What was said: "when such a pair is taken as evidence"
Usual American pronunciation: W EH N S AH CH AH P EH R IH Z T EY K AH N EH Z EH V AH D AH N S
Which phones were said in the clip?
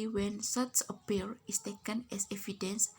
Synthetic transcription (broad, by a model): W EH N S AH S AH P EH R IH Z T EY K AH N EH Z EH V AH D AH N S